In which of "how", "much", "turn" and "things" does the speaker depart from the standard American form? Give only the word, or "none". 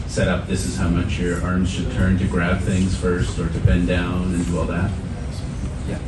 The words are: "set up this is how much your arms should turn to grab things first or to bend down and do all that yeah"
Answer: none